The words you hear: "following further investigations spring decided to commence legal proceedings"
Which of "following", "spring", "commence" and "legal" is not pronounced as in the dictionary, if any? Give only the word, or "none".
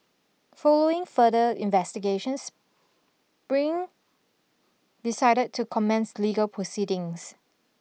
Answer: spring